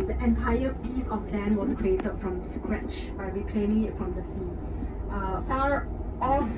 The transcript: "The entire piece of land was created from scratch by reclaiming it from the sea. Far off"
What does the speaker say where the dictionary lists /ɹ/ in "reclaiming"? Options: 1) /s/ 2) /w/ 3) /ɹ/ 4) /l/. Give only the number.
2